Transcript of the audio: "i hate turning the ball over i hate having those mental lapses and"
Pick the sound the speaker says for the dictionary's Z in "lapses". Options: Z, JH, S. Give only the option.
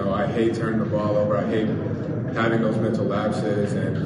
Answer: Z